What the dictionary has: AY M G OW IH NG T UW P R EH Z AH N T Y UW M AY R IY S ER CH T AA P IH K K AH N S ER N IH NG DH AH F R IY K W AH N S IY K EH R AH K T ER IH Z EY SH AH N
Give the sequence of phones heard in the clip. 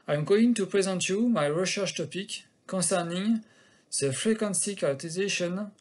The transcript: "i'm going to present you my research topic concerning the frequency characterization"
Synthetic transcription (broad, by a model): AY M G OW IH NG T UW P R EH Z AH N T Y UW M AY R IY SH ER SH T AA P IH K K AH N S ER N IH NG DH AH F R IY K W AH N S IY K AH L T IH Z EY SH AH N